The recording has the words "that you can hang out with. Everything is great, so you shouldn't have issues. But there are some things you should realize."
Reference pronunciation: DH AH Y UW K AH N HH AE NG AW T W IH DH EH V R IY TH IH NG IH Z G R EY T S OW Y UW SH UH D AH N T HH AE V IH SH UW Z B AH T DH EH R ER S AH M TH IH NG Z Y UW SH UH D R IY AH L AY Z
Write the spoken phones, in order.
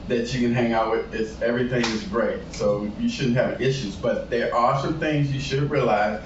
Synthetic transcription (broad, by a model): DH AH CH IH K AH N HH AE NG AW T W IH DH EH V R IY TH IH NG IH Z G R EY T S OW Y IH SH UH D N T HH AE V IH SH UW Z B AH T DH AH R ER S AH M TH IH NG Z Y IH SH UH D R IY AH L AY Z